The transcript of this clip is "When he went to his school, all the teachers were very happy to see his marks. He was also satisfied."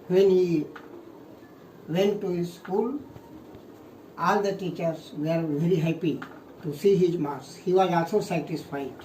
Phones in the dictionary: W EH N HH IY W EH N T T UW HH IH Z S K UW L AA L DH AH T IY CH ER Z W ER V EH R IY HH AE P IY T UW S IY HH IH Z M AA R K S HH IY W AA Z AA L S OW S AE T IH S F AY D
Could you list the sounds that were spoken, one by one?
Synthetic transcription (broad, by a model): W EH N HH IY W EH N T T UW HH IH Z S K UW L AA L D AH T IY CH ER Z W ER V EH R IY HH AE P IY T UW S IY HH IH Z M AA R S HH IY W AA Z AA L S OW S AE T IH S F AY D